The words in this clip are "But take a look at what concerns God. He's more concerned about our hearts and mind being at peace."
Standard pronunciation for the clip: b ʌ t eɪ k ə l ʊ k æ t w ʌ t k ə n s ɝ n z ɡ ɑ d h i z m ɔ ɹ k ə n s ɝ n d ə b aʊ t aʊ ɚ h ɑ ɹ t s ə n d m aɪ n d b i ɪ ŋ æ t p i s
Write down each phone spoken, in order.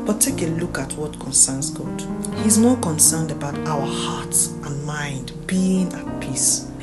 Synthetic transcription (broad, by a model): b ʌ t eɪ k ə l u k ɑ t w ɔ t k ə n s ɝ n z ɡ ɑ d h i z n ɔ k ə n s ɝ n d ə b aʊ t aʊ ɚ h ɑ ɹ t ə n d m aɪ n d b i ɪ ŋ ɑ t p i s